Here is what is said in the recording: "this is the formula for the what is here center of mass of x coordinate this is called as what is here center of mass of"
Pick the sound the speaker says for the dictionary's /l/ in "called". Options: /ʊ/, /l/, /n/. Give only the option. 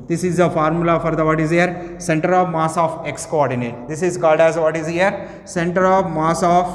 /l/